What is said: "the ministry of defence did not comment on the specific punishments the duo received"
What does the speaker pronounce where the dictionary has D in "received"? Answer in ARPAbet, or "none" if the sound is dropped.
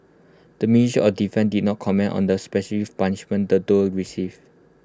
none